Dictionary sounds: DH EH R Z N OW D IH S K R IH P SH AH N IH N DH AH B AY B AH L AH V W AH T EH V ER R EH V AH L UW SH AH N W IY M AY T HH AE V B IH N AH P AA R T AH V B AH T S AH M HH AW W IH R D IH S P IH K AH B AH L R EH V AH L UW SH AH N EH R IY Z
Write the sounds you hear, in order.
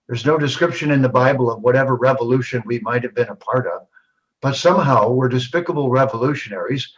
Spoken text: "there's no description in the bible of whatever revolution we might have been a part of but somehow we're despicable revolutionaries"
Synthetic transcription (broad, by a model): DH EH R Z N OW D IH S K R IH P SH AH N IH N DH AH B AY B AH L AH V W AH T EH V ER R EH V AH L UW SH AH N W IY M AY T HH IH V B IH N AH P AA R T AH V B AH T S AH M HH AW W IH R D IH S P IH K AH B L R EH V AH L UW SH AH N EH R IY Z